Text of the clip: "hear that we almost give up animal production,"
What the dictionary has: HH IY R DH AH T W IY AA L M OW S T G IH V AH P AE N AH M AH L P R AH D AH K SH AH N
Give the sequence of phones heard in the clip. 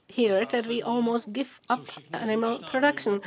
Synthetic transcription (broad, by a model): HH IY R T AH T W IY AA L M OW S T G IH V AH P AE N AH M AH L P R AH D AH K SH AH N